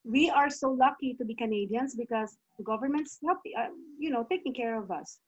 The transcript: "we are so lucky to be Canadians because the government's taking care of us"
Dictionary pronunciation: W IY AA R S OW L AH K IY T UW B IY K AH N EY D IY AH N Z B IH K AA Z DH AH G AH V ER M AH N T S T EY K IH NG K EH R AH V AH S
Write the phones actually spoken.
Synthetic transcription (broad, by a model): W IY AA R S OW L AH K IY T UW B IY K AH N EY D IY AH N S B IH K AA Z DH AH G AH V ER M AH N T S T EY K IH NG K EH R AH V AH S